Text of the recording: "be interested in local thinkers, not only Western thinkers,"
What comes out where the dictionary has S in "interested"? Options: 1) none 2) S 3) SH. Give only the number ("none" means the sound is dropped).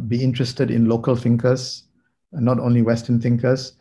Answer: 2